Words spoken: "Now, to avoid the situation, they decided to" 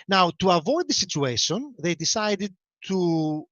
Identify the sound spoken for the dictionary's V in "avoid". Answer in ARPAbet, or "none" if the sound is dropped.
V